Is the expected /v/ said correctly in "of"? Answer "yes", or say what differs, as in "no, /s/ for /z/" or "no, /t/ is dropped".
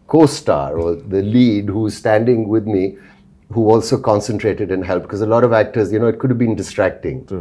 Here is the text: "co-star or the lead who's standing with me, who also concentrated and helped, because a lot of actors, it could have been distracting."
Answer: yes